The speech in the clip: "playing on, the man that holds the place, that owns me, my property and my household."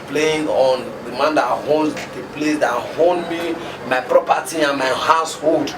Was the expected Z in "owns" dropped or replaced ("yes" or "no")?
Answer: yes